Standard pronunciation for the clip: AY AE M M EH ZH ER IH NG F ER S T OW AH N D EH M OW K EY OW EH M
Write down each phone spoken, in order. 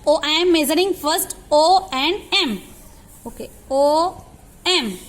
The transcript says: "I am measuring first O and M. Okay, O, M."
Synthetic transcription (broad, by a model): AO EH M M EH Z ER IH NG F ER S T OW AH N D EH M OW K EY OW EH M